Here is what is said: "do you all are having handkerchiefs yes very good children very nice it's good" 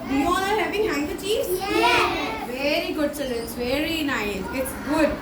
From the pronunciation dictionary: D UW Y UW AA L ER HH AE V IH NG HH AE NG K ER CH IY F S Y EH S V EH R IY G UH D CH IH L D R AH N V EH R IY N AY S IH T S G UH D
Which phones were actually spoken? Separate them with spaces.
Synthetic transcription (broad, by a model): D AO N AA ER HH AE V IH NG HH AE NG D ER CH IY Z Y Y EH V EH R IY G UH D S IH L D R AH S V EH R IY N AY S IH T S G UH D